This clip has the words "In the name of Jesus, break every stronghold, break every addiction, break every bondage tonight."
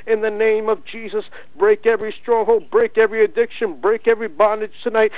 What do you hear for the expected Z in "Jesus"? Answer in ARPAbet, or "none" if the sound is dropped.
Z